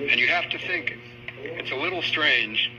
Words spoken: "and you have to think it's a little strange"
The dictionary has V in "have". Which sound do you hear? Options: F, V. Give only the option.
F